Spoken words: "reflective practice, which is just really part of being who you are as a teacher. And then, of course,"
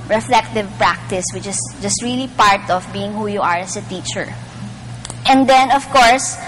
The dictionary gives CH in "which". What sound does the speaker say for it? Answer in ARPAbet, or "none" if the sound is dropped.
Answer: CH